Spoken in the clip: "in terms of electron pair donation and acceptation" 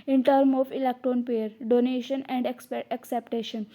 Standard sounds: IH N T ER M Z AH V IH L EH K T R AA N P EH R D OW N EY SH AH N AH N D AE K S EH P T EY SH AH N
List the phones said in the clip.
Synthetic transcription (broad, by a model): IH N T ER M AH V IH L EH K T R AA N P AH R D OW N EY SH AH N AH N D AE K S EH P T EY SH AH N